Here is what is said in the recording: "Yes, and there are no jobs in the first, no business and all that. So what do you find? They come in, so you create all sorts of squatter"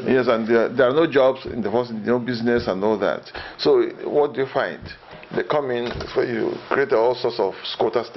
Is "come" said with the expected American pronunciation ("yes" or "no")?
yes